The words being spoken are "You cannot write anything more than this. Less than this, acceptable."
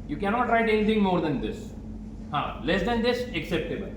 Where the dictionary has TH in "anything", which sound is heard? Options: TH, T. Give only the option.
T